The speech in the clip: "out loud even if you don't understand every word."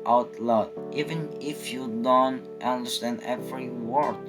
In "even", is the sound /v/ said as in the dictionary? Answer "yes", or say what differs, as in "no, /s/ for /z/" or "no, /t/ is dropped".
yes